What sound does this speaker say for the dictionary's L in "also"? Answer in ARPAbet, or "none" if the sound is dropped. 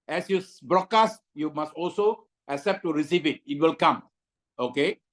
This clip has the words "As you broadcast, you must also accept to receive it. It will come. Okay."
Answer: L